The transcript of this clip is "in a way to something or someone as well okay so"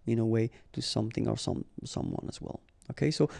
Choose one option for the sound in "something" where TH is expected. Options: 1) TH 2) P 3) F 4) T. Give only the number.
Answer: 1